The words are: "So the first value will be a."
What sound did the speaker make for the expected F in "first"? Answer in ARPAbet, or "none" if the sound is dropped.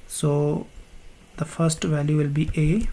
F